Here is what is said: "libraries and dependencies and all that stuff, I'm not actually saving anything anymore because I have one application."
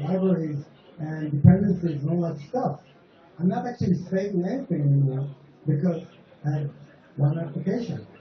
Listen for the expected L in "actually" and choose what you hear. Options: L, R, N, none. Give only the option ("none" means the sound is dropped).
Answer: L